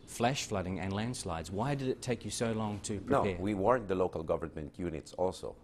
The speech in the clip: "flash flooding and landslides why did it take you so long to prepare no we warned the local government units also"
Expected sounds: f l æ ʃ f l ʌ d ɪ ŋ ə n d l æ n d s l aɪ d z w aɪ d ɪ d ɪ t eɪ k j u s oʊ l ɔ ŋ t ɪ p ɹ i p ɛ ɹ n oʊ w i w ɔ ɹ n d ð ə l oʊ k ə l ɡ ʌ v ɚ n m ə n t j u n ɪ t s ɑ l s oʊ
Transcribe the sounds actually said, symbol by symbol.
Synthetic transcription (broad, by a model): f l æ ʃ f l ʌ d ɪ ŋ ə n l æ n d s l aɪ d z w aɪ d ɪ d ɪ t eɪ k j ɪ s oʊ l ɔ ŋ t ɪ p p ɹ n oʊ w i w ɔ ɹ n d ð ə l oʊ k ə l ɡ ʌ v ɚ n m ə n t j u n ɪ t s ɑ l s oʊ